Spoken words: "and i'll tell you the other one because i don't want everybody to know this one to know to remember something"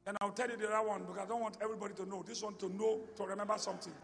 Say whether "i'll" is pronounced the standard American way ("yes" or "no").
no